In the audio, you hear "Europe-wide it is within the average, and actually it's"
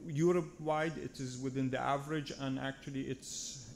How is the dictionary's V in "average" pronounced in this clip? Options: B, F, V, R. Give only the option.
V